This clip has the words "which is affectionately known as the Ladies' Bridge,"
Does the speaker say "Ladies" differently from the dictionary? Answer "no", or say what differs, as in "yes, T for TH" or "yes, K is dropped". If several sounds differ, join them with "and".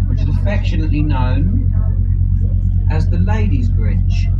no